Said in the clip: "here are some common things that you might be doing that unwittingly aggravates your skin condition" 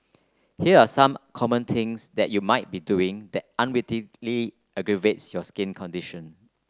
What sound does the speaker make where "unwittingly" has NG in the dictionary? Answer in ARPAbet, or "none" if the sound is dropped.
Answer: none